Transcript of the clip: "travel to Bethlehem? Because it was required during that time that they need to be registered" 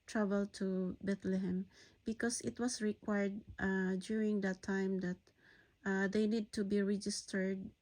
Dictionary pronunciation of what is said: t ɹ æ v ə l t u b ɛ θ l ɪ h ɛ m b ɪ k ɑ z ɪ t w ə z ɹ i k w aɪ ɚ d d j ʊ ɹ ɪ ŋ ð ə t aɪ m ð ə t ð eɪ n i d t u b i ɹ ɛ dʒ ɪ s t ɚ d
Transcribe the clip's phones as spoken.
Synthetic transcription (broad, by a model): t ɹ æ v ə l t u b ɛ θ l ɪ h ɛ m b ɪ k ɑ s ɪ t w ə s ɹ i k w aɪ ɚ d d j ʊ ɹ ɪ ŋ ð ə t aɪ m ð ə t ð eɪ n i d t u b i ɹ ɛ dʒ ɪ s t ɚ d